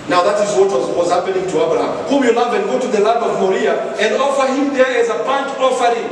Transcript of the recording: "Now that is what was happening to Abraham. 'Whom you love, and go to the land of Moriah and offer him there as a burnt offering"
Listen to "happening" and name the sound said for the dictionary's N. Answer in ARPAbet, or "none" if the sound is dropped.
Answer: L